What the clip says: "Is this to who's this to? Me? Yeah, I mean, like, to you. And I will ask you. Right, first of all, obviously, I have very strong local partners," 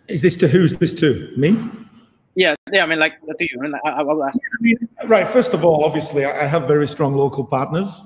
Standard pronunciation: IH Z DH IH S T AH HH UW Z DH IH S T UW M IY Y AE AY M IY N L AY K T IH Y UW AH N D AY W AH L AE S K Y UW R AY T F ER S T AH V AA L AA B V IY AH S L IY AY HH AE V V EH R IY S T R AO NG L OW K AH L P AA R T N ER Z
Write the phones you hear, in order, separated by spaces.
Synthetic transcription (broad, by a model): IH Z DH IH S T AH HH UW Z DH IH S T UW M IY Y AE AY M IY N L AY K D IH Y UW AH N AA AY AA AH W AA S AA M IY R AY T F ER S T AH V AA L AA B V IY AH S L IY AY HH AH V V EH R IY S T R AO NG L OW K AH L P AA R T N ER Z